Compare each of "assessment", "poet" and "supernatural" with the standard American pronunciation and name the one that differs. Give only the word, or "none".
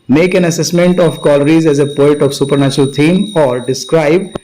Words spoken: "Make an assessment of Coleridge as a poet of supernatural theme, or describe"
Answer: none